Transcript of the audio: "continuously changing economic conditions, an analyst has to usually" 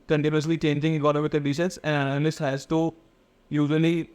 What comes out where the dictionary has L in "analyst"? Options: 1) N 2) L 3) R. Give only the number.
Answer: 1